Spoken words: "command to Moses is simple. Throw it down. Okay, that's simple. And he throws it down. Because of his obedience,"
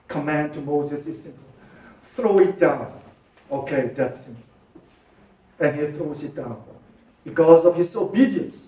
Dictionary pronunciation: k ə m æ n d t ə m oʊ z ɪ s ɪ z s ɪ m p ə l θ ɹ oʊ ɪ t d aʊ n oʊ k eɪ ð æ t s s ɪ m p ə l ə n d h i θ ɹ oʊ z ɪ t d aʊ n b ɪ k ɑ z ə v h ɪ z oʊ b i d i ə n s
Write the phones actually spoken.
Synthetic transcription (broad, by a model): k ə m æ n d t ə m oʊ z ɪ s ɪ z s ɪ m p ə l θ ɹ oʊ ɪ t d aʊ n oʊ k eɪ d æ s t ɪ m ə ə n h i θ ɹ oʊ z ɪ t d aʊ n b ɪ k ɑ z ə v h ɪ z oʊ b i d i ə n s